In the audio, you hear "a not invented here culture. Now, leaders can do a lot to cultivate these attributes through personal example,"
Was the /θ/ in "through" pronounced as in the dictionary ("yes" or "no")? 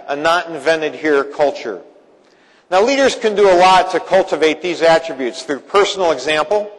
yes